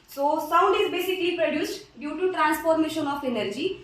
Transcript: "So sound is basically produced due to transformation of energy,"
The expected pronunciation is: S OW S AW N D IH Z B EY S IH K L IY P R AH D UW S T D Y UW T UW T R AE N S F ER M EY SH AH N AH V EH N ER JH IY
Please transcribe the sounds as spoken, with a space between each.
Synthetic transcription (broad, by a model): S OW S AW N D IH Z B EY S IH K L IY P R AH D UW S T D Y UW T UW T R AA N S P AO M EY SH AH N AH P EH N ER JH IY